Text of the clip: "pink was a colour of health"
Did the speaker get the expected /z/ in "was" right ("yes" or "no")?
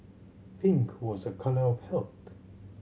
yes